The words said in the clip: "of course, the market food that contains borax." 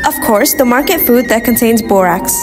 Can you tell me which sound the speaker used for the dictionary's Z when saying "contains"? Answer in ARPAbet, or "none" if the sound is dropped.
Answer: Z